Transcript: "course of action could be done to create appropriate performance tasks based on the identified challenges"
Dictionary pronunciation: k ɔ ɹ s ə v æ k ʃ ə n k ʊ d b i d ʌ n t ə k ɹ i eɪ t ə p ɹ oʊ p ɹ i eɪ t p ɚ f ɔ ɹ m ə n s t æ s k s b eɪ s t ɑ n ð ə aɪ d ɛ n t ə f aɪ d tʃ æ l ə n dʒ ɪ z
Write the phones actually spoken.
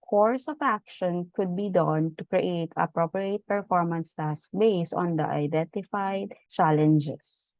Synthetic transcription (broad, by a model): k ɔ ɹ s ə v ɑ k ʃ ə n k ʊ d b i d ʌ n t ə k ɹ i eɪ t ə p ɹ oʊ p ɹ i eɪ t p ɚ f ɔ ɹ m ə n s t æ s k b eɪ s ɑ n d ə aɪ d ɛ n t ə f aɪ d tʃ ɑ l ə n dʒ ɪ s